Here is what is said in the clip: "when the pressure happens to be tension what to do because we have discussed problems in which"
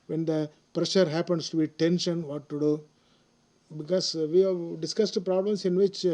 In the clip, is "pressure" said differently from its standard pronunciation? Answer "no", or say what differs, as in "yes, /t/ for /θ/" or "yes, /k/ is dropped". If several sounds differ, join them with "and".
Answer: no